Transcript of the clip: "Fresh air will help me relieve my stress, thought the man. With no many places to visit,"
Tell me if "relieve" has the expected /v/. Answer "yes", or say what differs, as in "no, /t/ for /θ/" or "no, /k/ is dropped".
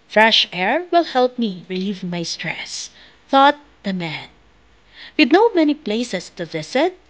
yes